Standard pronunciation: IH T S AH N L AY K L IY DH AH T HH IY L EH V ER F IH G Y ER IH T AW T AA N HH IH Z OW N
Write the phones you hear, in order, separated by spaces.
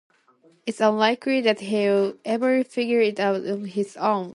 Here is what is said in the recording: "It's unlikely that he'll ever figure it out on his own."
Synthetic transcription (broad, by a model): IH T S AH N L AY K L IY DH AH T HH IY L EH V ER F IH G Y ER IH T AW T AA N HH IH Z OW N